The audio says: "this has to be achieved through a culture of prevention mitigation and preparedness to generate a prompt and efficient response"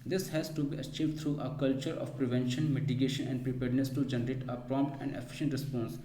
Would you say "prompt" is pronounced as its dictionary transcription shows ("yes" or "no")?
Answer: yes